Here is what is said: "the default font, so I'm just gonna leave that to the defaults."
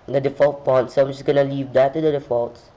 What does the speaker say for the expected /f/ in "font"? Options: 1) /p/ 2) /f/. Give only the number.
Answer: 1